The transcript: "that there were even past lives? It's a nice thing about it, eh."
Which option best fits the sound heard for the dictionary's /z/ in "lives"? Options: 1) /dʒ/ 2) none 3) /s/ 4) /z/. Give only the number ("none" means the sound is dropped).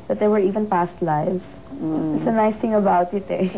3